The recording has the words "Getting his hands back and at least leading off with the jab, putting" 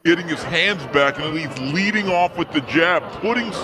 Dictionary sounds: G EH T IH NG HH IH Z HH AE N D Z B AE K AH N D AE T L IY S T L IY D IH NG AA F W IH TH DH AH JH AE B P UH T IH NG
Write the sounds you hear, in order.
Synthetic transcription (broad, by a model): EH T IH NG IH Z HH AE N D Z B AE K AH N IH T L IY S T L IY D IH NG AA F W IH DH AH JH AE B P UH T IH NG